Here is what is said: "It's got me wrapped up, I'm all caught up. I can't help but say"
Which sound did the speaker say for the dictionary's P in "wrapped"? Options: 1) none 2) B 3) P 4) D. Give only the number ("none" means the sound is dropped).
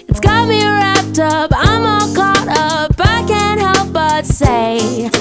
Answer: 3